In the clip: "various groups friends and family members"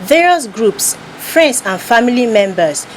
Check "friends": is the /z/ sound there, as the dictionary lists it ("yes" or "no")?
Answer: no